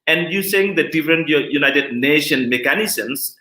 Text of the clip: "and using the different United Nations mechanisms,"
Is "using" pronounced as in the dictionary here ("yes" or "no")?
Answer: no